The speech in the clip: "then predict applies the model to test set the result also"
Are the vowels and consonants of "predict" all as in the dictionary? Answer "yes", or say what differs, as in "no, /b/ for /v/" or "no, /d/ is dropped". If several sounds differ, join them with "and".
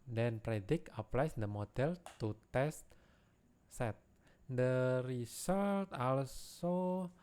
no, /t/ is dropped